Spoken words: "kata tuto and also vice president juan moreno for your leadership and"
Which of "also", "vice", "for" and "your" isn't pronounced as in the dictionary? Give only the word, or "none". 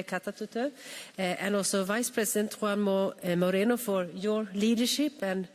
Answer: also